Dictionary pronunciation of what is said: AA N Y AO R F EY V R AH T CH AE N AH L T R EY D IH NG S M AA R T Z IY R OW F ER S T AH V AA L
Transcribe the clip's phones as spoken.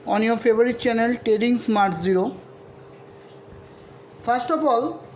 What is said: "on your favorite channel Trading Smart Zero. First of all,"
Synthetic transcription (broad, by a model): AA N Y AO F EY B R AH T CH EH N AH L T EY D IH NG S M AA R T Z IY R OW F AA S T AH P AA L